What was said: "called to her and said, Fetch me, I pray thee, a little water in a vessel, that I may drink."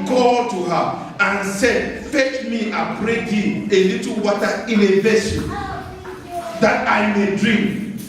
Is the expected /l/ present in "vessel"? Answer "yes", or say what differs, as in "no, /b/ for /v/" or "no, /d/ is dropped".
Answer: no, /n/ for /l/